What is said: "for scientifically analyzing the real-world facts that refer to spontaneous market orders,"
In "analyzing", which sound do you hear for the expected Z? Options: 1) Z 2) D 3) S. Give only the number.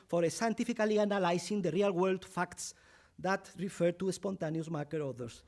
3